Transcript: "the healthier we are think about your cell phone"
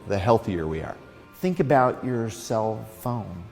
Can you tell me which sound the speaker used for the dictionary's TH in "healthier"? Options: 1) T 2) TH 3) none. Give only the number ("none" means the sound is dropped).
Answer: 2